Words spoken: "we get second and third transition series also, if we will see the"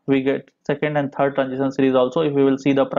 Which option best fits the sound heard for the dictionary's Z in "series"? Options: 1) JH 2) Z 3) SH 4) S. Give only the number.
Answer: 2